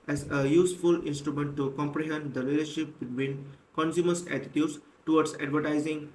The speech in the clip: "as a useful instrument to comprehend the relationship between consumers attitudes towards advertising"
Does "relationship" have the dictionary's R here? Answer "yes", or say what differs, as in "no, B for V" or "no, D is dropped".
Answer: no, L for R